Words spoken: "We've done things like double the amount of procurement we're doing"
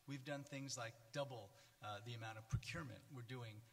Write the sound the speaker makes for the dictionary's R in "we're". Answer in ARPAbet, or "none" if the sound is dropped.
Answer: R